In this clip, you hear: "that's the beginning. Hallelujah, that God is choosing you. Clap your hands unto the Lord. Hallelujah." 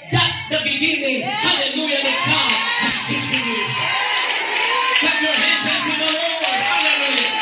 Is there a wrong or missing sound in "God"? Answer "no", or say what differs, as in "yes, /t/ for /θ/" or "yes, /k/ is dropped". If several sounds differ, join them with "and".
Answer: yes, /d/ is dropped